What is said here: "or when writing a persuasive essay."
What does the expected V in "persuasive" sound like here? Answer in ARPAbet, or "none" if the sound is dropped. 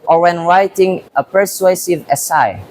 V